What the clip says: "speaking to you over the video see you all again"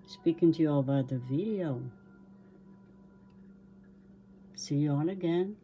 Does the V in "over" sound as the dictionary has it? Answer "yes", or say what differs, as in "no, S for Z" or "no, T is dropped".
no, B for V